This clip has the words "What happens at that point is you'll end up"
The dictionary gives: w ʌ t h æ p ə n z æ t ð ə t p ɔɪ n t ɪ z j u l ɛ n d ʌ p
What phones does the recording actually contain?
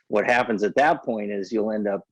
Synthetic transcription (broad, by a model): w ʌ t h æ p ə n z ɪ t ð ə t p ɔɪ n t ɪ z j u l ɛ n d ʌ p